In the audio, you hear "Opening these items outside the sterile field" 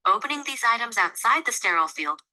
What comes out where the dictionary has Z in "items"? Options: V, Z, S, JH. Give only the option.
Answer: Z